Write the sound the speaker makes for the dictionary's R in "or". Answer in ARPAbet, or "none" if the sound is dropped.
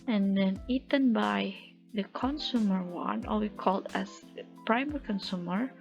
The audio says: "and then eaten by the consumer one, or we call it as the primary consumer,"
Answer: L